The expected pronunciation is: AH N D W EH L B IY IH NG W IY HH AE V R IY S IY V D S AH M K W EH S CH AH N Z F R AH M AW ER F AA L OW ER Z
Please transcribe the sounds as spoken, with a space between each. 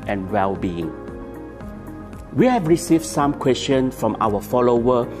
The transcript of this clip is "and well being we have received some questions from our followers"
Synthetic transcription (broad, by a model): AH N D W EH L B IY IH NG W IY HH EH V R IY S IY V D S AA M K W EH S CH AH N F R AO M AW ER F AA L OW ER